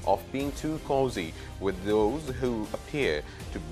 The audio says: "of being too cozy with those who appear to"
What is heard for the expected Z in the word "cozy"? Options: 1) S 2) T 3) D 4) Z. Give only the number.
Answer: 4